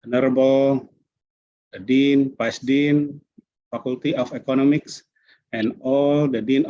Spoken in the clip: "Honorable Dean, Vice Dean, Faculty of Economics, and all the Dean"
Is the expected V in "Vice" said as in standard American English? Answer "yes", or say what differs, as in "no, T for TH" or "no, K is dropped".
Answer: no, P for V